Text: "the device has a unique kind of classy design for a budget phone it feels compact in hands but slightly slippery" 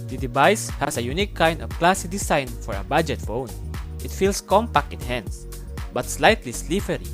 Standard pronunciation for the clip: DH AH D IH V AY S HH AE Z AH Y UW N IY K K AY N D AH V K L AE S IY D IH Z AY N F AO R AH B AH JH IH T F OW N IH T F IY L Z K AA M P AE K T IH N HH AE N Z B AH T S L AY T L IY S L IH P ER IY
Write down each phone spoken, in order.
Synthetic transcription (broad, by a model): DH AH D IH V AY S HH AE S AH Y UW N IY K K AY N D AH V K L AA S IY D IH S AY N F AO R AH B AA JH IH T F OW N IH T F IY L S K AA M P AE K T IH N HH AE N S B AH T S L AY T L IY S L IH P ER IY